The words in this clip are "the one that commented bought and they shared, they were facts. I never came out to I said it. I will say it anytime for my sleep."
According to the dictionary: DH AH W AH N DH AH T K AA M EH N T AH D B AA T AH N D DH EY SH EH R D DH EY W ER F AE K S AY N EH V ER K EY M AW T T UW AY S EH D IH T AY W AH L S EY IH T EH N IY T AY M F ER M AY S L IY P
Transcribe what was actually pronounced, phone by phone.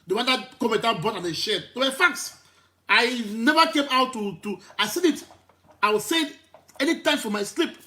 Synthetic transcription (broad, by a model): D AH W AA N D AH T K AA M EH T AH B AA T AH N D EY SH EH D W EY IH F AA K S AY N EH V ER K EY M AW T T UW AY S EH D IH T AY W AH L S EY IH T EH N IY T AY M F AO M AY S L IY P